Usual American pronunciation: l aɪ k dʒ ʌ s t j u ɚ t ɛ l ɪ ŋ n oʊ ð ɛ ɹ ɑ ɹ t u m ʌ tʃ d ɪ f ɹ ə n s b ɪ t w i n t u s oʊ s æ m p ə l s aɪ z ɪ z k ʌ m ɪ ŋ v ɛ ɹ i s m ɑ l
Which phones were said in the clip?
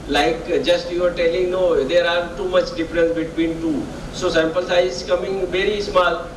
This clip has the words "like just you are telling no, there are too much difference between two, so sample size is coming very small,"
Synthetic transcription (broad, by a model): l aɪ k dʒ ʌ s t j u ɚ t ɛ l ɪ ŋ n oʊ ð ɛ ɹ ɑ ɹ t u m ʌ tʃ d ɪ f ɹ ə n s b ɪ t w i n t u s oʊ s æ m p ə l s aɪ ɪ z k ʌ m ɪ ŋ v ɛ ɹ i s m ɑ l